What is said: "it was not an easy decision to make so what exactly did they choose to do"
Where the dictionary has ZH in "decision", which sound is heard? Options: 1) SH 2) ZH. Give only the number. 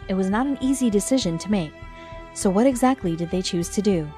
2